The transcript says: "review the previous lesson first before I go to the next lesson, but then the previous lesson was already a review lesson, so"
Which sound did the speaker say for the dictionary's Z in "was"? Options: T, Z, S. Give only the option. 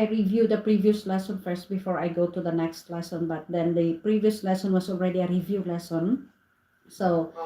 S